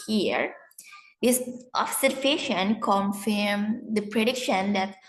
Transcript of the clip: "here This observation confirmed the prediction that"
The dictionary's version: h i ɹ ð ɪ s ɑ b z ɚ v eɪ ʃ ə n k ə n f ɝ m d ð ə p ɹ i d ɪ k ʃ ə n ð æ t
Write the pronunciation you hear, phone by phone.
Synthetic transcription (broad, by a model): h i ɹ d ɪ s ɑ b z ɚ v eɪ ʃ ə n k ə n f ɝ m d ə p ɹ i d ɪ k ʃ ə n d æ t